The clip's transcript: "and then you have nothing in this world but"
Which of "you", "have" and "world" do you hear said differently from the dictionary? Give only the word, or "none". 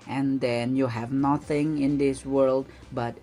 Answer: none